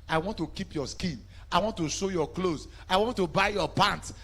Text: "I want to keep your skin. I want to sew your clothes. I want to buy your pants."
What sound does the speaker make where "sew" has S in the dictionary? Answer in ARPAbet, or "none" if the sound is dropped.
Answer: SH